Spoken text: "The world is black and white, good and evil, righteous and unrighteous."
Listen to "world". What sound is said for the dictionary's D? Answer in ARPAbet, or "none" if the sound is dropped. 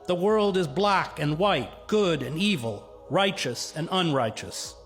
D